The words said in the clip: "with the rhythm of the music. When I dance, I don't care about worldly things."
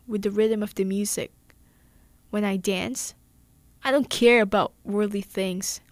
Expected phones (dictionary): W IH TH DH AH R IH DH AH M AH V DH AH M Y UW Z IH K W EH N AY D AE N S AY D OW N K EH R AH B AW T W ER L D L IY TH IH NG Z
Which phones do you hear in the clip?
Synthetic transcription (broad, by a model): W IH DH AH R IH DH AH M AH V DH AH M Y UW Z IH K W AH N AY D AE N S AY D OW N K EH R AH B AW T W ER D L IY TH IH NG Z